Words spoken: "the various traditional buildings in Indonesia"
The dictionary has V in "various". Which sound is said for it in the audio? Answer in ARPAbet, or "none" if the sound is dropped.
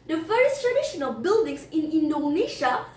F